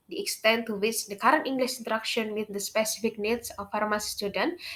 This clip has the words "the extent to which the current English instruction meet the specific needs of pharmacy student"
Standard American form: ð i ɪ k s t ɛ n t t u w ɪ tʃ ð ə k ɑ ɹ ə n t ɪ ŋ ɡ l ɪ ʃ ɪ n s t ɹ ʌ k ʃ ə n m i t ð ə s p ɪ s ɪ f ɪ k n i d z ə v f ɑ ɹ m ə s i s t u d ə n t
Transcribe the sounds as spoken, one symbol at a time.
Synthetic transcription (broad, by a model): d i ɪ k s t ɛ n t t u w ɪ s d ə k ɑ ɹ ə n t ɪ ŋ ɡ l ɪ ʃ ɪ n t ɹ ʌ k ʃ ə n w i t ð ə s p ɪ s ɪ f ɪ k n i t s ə f ɑ ɹ m ə s i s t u d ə n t